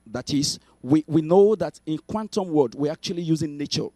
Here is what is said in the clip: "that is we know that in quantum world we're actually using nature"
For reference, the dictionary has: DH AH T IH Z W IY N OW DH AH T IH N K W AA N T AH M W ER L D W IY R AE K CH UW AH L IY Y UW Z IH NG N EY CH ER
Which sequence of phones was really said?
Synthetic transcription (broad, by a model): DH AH T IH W W IY N OW DH AH T IH N K W AA N T AH M W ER D W IY R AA K CH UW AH L IY Y UW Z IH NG N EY CH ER